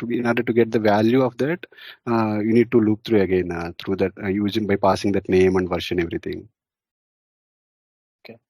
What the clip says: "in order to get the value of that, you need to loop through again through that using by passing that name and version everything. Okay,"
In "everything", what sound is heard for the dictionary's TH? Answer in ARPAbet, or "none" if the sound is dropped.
T